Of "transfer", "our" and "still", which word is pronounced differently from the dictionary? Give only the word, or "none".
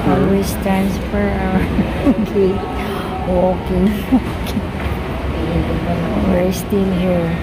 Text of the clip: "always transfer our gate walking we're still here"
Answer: transfer